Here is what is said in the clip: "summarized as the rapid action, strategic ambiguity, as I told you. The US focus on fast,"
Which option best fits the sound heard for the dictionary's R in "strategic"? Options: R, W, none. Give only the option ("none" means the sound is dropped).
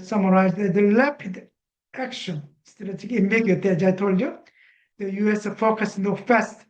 none